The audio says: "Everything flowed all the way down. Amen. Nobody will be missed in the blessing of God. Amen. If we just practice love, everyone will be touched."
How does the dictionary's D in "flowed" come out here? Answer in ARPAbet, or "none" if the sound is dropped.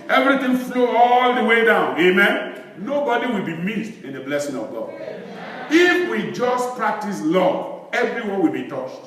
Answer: none